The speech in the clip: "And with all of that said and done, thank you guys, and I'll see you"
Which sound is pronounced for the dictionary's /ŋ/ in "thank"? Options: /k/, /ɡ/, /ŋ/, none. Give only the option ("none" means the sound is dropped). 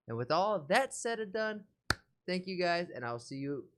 /ŋ/